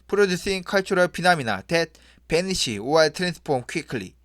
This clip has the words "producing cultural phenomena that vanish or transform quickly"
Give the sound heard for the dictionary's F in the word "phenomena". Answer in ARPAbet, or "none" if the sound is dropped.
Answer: P